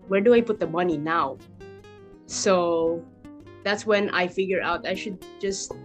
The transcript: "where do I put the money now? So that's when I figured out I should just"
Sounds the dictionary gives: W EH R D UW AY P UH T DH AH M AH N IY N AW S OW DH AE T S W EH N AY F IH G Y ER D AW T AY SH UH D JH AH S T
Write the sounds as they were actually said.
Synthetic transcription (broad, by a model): W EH R D UW AY P UH T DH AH M AH N IY N AW S OW DH AE T S W EH N AY F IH G Y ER AW T AY SH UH D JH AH S T